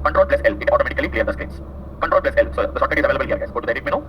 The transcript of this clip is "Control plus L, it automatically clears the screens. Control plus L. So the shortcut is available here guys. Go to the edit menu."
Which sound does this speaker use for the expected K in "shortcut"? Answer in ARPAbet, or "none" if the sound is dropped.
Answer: none